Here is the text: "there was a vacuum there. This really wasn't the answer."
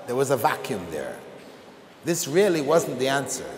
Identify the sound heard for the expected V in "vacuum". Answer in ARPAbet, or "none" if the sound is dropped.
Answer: V